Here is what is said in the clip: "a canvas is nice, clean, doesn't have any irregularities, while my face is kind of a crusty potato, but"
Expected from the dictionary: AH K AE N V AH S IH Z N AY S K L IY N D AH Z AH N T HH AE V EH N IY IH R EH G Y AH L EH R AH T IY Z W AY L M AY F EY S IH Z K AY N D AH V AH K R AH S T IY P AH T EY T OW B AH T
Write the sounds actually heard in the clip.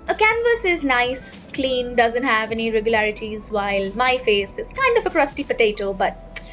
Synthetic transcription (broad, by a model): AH K AE N V AH S IH Z N AY S K L IY N D AH Z AH N T HH AE V EH N IY R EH G Y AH L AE R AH T IY Z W AY L M AY F EY S IH Z K AY N D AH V AH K R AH S T IY P AH T EY T OW B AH T